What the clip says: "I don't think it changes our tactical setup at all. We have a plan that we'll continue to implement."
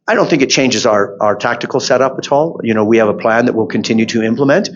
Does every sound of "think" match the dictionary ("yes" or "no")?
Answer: yes